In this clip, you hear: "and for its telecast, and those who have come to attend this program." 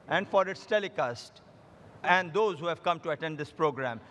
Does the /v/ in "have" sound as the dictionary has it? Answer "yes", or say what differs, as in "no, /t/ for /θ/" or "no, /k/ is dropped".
yes